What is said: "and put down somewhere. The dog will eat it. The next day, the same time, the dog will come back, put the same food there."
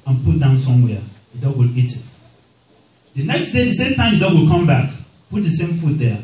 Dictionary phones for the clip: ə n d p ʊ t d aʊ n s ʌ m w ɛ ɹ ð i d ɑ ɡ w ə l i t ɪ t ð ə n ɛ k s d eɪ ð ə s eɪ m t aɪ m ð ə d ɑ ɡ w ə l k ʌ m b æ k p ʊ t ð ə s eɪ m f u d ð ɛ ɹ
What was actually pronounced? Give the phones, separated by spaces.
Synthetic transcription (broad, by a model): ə n p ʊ t d aʊ n s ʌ m w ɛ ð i d ɑ ɡ w ə l i t ɪ t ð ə n ɛ k s d eɪ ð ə s eɪ m t aɪ m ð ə d ɑ ɡ w ə l k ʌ m b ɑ k p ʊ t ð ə s eɪ m f u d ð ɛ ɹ